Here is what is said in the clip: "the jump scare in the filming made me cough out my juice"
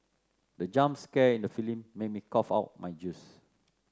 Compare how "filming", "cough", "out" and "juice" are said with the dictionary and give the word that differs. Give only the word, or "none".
filming